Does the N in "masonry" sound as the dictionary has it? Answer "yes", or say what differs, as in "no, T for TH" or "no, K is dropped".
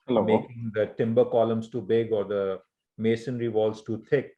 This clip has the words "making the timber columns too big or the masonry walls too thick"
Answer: yes